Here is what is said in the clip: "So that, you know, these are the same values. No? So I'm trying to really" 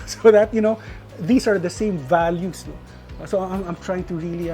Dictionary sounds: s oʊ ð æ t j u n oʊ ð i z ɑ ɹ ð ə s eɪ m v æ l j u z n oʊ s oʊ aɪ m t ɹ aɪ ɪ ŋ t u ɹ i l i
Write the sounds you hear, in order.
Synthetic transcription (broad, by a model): s oʊ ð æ t j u n oʊ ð i s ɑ ɹ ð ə s eɪ m v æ l j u s n oʊ s oʊ aɪ m t ɹ aɪ ɪ ŋ t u ɹ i l i